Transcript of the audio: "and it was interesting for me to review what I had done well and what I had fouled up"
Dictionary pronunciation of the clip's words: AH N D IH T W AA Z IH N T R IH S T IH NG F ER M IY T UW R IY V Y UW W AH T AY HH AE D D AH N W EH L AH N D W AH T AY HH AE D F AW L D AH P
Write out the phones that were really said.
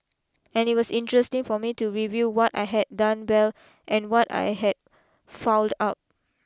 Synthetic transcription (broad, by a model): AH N IH T W AA S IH N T R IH S T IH NG F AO M IY T UW R IY V Y UW W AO T AY HH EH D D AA N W EH L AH N W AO T AY HH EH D F AW L D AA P